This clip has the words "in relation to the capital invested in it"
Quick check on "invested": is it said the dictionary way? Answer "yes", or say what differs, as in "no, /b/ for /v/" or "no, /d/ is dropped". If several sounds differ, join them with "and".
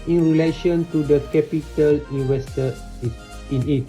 no, /w/ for /v/